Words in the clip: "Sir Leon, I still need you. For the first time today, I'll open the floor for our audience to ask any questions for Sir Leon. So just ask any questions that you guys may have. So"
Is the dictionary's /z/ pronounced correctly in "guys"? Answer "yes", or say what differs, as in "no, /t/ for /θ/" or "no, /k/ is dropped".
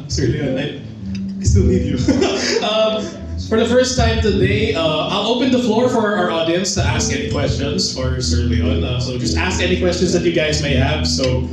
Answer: yes